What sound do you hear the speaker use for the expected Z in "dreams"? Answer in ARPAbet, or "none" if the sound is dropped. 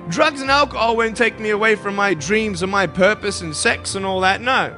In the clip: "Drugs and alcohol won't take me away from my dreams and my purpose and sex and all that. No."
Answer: Z